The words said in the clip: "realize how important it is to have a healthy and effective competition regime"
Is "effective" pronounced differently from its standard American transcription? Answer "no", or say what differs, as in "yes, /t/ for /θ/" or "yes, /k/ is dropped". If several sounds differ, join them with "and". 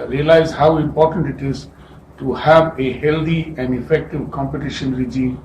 no